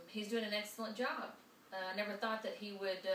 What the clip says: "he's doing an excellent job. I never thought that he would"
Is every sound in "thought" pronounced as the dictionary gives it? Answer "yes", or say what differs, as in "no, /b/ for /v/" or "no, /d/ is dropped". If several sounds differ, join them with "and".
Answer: yes